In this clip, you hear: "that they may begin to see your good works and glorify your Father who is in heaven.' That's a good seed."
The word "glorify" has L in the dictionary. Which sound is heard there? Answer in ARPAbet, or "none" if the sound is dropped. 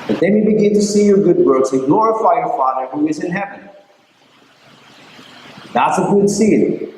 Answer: N